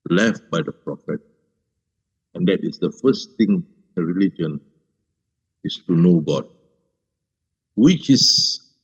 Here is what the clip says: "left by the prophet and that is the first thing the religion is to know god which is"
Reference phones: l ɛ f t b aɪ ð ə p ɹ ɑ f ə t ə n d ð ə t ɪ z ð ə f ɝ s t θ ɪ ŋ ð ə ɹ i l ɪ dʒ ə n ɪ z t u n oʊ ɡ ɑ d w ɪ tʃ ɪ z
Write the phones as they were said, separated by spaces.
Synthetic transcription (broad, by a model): l ɛ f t b aɪ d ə p ɹ ɑ f ə t ə n d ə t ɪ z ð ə f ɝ s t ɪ ŋ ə ɹ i l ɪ dʒ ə n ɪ s t u n oʊ ɡ ɑ d w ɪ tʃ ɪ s